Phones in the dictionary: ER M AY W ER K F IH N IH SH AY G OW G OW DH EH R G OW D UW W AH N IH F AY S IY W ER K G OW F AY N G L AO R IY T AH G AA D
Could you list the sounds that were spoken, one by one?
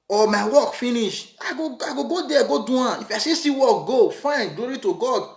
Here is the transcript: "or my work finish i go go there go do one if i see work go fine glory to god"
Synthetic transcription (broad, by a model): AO M AY W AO K F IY N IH SH AY G OW G OW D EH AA G OW D UW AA IH F AY S IY W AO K G OW F AY N G L AO R IY T AH G AA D